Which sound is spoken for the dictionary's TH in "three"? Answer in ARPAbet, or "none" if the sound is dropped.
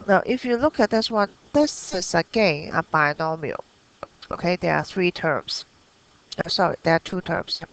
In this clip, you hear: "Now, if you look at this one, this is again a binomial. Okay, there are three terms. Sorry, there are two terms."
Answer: TH